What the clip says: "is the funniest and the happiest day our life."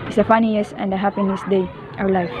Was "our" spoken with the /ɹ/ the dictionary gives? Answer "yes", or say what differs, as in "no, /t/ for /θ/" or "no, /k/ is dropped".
no, /w/ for /ɹ/